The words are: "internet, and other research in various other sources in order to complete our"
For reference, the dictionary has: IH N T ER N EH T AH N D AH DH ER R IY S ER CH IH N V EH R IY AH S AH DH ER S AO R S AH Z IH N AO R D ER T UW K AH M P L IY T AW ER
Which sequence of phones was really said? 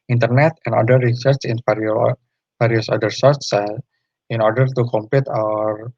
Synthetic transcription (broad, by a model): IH N T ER N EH T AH N D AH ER R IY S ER CH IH N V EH R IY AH S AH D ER S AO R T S IH N AO R D ER T UW K AH M P L IY T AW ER